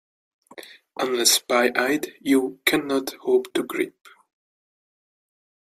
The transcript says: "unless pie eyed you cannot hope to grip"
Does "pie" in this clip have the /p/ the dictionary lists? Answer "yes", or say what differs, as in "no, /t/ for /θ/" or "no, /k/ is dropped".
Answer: no, /b/ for /p/